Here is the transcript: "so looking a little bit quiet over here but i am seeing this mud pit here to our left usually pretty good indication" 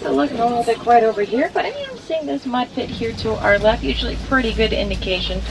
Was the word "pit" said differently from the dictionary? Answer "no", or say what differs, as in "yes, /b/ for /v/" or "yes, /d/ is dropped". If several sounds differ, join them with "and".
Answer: yes, /f/ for /p/